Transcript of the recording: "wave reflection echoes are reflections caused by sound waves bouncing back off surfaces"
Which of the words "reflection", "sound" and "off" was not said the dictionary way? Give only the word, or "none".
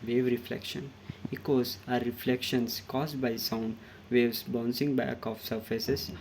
none